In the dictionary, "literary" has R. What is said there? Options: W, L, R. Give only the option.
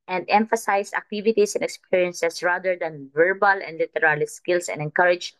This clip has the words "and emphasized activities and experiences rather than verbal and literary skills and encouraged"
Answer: L